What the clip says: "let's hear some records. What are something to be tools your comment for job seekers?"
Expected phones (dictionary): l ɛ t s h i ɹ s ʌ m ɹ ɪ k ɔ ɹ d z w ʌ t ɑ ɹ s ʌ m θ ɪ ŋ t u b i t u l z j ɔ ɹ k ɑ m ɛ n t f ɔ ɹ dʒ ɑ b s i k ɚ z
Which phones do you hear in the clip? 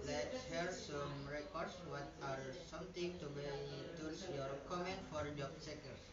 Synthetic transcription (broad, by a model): l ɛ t s h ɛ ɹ s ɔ m ɹ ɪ k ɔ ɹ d s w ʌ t ɑ ɹ s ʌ m t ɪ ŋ t u b i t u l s j ɔ ɹ k ɑ m ɛ n t f ɔ ɹ dʒ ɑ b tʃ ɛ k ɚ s